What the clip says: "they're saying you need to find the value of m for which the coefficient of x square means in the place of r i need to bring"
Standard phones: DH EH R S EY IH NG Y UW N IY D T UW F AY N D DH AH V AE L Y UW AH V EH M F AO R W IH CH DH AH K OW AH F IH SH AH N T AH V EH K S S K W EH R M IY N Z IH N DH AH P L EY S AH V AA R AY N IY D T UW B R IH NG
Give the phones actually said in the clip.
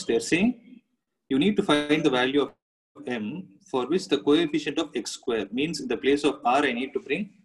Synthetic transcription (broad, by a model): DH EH R S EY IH Y UW N IY D T UW F AY N D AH V AE L Y UW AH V EH M F AO R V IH CH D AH K OW AH F IH SH AH N T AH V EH K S S K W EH R M IY N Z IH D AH P L EY S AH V AA R AY N IY D T UW B R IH NG